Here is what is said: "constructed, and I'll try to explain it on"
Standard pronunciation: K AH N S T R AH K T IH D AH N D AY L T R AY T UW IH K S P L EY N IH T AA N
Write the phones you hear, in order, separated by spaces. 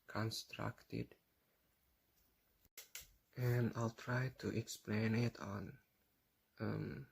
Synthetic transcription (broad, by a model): K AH N S T R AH K T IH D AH N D AY L T R AY T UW IH K S P L EY N IH T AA N